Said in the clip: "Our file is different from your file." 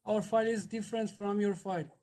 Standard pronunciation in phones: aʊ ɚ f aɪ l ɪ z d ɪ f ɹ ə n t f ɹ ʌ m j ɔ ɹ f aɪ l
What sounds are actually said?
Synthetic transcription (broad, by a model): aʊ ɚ f aɪ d ɪ z d ɪ f ɹ ə n t f ɹ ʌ m j ɔ ɹ f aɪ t